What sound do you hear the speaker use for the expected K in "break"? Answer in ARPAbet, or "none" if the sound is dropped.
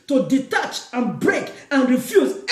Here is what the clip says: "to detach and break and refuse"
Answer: K